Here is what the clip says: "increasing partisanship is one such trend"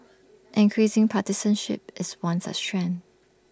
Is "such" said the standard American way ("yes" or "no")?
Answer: no